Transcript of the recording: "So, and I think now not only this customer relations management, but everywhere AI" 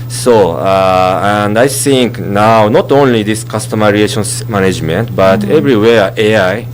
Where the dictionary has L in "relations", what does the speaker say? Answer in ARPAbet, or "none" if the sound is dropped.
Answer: none